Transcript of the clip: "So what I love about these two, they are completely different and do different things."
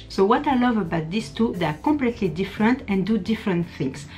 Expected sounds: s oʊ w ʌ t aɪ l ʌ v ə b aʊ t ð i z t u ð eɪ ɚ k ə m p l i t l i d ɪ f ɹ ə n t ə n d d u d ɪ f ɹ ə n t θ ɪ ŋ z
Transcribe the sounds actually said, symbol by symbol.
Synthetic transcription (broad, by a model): s oʊ w ʌ t aɪ l ʌ v ə b aʊ t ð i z t u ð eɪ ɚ k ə p l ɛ t l i d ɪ f ɹ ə n t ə n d d u d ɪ f ɹ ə n t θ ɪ ŋ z